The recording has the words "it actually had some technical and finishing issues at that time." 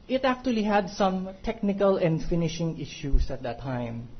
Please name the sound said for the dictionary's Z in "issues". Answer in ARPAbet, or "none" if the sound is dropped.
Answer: S